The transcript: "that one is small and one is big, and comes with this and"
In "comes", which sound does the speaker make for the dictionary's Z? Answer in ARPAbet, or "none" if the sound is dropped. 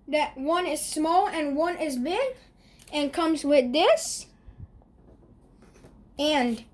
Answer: Z